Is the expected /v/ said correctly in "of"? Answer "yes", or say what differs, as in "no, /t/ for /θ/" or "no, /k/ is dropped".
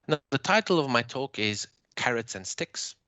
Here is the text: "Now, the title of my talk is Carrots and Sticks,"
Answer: yes